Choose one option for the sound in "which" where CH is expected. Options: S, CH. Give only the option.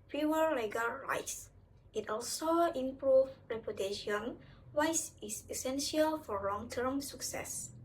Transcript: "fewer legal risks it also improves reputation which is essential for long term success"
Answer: S